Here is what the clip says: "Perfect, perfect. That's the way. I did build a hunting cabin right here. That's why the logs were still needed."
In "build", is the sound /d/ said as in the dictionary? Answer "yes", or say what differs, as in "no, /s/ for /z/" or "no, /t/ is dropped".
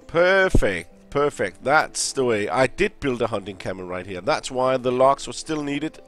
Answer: yes